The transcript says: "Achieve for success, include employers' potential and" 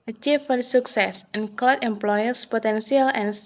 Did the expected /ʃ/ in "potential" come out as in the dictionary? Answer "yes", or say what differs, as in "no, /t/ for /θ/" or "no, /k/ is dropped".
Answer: no, /s/ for /ʃ/